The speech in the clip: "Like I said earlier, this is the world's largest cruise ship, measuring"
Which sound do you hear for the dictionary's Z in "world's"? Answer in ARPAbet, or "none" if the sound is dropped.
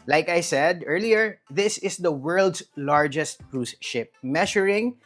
S